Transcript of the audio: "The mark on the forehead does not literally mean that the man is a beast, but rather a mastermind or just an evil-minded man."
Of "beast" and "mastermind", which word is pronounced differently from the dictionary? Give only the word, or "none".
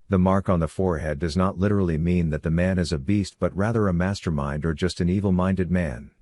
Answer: none